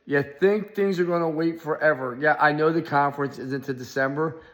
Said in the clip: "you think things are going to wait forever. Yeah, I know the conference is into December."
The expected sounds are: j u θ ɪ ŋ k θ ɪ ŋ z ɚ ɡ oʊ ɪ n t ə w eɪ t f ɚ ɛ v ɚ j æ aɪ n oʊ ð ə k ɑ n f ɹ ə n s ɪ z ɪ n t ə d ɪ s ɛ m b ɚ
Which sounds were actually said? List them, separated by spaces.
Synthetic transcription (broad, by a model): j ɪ θ ɪ ŋ k θ ɪ ŋ z ɚ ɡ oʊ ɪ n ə w eɪ t f ɚ ɛ v ɚ j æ aɪ n oʊ ð ə k ɑ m f ɹ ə n s ɪ z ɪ n t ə d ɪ s ɛ m b ɚ